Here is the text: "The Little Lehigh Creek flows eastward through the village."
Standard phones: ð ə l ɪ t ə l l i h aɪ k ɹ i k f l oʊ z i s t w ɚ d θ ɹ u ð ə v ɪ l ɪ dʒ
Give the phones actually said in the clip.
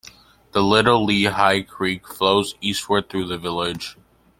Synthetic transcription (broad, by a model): ð ə l ɪ t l l i h aɪ k ɹ i k f l oʊ z i s t w ɚ d θ ɹ u ð ə v ɪ l ɪ dʒ